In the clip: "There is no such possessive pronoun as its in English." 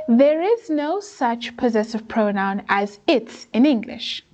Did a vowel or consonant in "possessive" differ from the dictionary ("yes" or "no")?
no